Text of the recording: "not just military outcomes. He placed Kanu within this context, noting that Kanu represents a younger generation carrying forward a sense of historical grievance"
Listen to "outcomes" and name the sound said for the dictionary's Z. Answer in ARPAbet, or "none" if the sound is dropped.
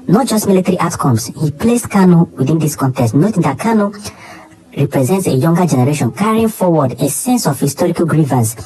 S